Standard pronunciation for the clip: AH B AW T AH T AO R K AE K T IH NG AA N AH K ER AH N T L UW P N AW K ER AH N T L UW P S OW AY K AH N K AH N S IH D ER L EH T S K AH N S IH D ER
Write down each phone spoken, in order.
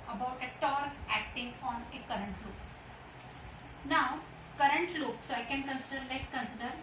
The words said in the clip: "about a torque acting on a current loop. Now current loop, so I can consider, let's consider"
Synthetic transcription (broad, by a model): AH B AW T AH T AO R AE K T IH NG AA N AH K ER AH N T L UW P N AW K ER AH N T L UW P S OW AY K AH N K AH N S IH D ER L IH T K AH N S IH D ER